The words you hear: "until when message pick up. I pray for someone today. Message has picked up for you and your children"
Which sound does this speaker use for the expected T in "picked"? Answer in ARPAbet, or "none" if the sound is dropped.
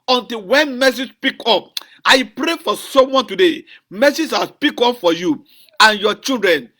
none